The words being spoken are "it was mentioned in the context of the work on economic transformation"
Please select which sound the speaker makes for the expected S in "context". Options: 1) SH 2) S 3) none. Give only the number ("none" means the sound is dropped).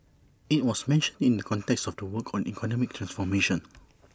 2